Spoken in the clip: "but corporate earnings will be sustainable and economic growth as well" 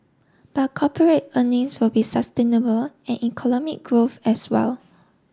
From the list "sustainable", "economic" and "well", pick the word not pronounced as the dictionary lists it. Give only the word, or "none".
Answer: economic